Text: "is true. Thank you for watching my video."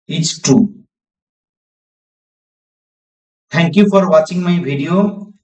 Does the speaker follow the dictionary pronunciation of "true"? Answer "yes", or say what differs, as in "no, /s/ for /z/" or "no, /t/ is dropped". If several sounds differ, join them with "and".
no, /ɹ/ is dropped